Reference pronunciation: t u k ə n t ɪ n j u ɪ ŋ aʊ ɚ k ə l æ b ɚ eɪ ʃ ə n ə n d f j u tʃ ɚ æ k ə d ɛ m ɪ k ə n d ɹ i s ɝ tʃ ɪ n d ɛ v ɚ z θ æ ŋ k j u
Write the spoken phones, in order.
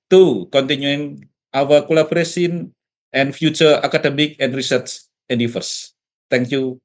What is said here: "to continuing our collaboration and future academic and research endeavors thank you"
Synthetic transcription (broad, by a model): t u k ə n t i n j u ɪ ŋ aʊ ɚ k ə l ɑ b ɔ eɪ s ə n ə n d f j u tʃ ɚ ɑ k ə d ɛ m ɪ k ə n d ɹ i s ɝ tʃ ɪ n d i f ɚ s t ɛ ŋ k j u